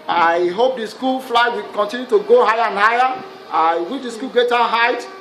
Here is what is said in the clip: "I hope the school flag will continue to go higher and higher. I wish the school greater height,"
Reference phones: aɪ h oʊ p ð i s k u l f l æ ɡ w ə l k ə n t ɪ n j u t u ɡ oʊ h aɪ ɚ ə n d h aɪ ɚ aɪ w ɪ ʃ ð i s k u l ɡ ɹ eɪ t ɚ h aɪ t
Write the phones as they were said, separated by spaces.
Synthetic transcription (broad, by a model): aɪ h oʊ p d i s k u l f l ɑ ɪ w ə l k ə n t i n j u t u ɡ oʊ h aɪ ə n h aɪ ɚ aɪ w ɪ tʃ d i s k u l ɡ eɪ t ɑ h aɪ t